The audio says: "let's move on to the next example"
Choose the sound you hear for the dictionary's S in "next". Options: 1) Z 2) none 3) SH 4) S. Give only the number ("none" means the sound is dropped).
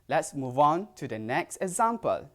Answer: 4